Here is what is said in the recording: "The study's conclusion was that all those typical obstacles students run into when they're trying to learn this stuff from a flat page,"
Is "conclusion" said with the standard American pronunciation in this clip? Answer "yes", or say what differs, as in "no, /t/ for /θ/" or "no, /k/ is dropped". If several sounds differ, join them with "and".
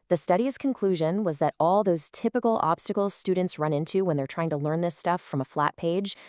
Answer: yes